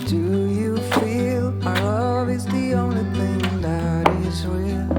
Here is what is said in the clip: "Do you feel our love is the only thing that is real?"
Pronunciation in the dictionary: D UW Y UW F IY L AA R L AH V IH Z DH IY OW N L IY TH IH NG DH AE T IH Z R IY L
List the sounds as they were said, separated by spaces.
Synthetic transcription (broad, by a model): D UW Y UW F IY L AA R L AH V IH Z DH IY OW N L IY TH IH NG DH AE T IH Z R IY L